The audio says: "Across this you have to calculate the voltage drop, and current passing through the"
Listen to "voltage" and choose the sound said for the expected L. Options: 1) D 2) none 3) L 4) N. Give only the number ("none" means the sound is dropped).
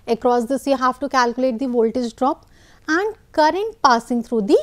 3